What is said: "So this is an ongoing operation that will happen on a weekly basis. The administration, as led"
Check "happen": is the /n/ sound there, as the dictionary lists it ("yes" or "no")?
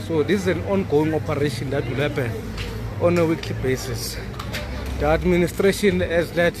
no